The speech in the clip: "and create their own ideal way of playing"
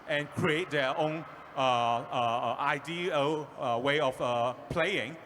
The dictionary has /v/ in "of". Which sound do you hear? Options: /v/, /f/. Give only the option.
/f/